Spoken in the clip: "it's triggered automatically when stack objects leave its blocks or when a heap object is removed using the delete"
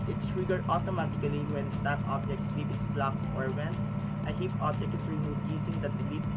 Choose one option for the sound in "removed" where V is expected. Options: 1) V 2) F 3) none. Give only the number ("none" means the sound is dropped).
3